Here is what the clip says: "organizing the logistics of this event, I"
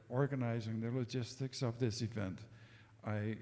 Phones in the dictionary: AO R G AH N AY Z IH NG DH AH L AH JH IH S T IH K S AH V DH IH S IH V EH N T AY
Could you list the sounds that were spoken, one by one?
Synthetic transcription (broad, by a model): AO R G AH N AY Z IH NG DH AH L AH JH IH S T IH K S AH V DH IH S IH V EH N T AY